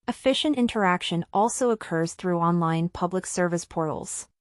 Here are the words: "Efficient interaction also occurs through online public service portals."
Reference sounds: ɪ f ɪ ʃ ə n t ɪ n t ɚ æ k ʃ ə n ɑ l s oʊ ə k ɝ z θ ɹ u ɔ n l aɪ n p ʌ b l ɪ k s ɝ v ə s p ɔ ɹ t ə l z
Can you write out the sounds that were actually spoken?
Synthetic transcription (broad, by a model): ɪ f ɪ ʃ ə n t ɪ n t ɚ æ k ʃ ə n ɑ l s oʊ ə k ɝ z θ ɹ u ɔ n l aɪ n p ʌ b l ɪ k s ɝ v ə s p ɔ ɹ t l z